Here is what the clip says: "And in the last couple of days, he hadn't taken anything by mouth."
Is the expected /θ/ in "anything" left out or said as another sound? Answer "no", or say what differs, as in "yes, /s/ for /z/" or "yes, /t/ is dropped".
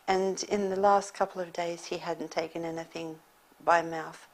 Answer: no